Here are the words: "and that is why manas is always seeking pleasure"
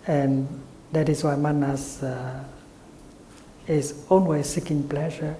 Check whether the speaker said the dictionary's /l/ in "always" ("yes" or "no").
no